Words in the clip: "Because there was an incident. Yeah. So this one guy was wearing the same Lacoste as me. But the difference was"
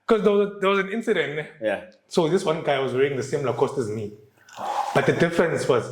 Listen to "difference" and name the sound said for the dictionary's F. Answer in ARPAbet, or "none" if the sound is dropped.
F